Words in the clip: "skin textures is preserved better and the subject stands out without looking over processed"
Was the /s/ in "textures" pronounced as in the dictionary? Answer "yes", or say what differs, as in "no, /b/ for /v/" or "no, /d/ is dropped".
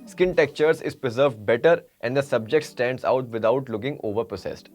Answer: no, /s/ is dropped